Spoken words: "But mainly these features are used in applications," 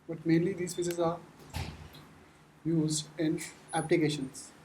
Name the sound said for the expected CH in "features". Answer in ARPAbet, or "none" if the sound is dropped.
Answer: S